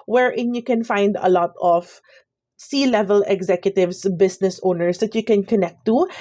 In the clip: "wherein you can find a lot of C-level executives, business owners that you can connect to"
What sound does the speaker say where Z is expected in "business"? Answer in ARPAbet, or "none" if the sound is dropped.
S